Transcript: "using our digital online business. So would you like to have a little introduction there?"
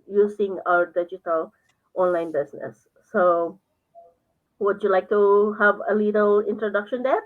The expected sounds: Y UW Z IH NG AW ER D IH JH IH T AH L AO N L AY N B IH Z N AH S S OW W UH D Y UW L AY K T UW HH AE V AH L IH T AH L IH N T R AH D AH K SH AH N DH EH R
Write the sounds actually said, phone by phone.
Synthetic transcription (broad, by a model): Y UW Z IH NG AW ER D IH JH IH T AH L AO N L AY N B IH S N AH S S OW W UH D Y UW L AY K T UW HH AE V AH L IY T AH L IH N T R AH D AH K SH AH N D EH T